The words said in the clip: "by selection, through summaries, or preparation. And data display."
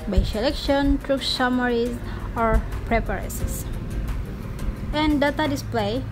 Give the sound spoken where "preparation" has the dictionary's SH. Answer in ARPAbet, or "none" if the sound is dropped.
S